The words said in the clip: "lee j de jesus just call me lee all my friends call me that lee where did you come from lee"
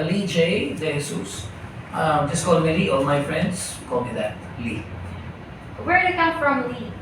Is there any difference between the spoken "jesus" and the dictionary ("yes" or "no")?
yes